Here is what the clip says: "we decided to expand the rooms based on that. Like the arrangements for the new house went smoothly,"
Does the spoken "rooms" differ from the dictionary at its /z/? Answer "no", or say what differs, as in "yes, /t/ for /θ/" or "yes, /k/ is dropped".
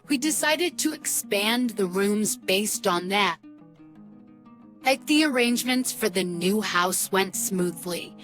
no